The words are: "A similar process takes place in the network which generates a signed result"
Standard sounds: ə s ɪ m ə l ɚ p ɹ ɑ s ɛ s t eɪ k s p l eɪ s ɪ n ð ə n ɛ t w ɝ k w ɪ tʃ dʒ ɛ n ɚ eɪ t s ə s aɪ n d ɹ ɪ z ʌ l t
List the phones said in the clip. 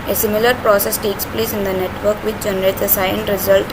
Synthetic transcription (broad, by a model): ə s ɪ m ə l ɚ p ɹ ɑ s ɛ s t eɪ k s p l eɪ s ɪ n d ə n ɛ t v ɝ k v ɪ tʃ dʒ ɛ n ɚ eɪ t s ə s aɪ n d ɹ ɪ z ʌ l t